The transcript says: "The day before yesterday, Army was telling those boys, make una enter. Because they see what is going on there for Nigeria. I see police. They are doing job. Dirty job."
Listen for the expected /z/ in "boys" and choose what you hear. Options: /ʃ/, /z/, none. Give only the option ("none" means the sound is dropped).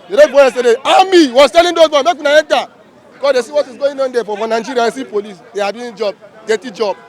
none